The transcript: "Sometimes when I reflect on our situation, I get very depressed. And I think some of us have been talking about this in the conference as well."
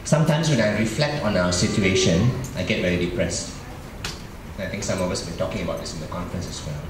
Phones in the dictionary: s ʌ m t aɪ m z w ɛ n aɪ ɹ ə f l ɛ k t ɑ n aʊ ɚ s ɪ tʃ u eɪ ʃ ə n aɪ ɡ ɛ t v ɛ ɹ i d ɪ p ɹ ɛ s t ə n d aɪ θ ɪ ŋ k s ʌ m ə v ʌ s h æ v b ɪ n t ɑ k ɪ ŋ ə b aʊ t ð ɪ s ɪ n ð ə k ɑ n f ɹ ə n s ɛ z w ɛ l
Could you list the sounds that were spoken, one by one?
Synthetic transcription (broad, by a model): s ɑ m t aɪ m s w ɛ n aɪ ɹ ə f l ɛ k t ɑ n aʊ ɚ s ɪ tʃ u eɪ ʃ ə n aɪ ɡ ɛ t v ɛ ɹ i d ɪ p ɹ ɛ s t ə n aɪ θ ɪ ŋ k s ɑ m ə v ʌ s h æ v b ɪ n t ɑ k ɪ ŋ ə b aʊ t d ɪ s ɪ n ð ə k ɑ n f ɹ ə n s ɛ s w ɛ l